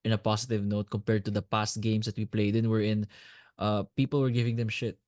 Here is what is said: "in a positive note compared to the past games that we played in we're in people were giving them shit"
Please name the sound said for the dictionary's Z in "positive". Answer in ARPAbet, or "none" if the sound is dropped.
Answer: S